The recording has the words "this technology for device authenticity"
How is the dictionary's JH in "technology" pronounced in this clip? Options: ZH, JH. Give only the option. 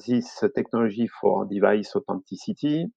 ZH